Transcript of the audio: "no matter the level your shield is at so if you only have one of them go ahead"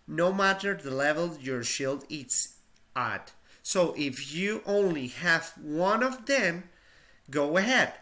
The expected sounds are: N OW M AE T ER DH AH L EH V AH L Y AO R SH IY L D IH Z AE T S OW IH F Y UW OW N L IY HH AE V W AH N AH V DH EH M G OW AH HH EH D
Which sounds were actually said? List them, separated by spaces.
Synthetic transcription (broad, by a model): N OW M AE T ER DH AH L EH V AH L Y AO R SH IY L D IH S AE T S OW IH F Y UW OW N L IY HH AE V W AH N AH V DH EH M G OW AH HH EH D